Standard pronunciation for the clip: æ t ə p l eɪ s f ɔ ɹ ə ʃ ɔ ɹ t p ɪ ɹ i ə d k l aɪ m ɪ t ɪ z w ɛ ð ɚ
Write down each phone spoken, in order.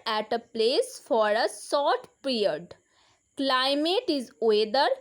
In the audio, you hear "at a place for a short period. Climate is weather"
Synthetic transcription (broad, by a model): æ t ə p l eɪ s f ɔ ɹ ə s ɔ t p ɹ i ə d k l aɪ m ɪ t ɪ z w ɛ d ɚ